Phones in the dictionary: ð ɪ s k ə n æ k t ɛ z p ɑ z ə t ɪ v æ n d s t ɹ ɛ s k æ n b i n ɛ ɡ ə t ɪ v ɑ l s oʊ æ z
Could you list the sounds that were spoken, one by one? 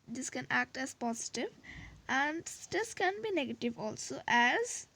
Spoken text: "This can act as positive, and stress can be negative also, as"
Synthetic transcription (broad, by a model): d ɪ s k ə n æ k t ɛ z p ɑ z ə t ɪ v æ n d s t ɛ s k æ n b i n ɛ ɡ ə t ɪ v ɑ l s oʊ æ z